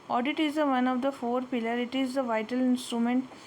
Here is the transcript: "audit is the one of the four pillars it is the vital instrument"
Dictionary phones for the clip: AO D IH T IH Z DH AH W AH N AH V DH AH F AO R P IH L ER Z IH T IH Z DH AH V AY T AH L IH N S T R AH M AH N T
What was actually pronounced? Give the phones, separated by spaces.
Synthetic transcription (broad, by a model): AO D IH T IH Z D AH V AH N AH V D AH F AO R P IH L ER IH T IH Z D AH V AY T AH L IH N S T R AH M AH N T